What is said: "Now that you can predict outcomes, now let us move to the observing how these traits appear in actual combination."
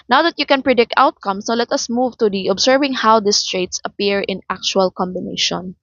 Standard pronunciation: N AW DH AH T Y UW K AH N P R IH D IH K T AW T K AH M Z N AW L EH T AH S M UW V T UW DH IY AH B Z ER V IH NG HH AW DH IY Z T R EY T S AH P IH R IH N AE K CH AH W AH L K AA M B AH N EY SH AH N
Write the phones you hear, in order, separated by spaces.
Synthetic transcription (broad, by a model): N AW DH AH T Y UW K AH N P R IH D IH K T AW T K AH M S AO L EH T AH S M UW V T UW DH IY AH B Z ER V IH NG HH AW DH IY S T R EY T S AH P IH R IH N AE K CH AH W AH L K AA M B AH N EY SH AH N